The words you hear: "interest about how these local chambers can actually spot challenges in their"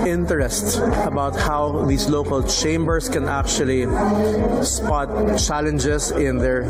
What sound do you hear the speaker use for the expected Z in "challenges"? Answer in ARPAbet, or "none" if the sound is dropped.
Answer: S